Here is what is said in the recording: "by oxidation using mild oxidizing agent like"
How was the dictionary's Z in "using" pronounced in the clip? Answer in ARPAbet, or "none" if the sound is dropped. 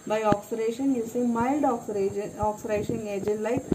S